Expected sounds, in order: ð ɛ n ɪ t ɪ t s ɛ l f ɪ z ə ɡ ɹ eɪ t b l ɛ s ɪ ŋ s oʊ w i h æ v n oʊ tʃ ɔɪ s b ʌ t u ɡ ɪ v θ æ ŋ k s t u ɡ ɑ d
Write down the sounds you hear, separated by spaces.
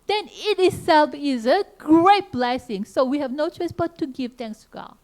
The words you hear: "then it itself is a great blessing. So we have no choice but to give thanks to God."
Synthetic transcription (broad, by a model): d ɛ n ɪ t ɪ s ɛ l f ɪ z ə ɡ ɹ eɪ t b l ɛ s ɪ ŋ s oʊ w i h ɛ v n oʊ tʃ ɔɪ s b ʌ t u ɡ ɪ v t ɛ ŋ k s t u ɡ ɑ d